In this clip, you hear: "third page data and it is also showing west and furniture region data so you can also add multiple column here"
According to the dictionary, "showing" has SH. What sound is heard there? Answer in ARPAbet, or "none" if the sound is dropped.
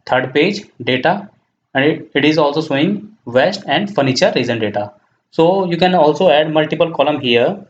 S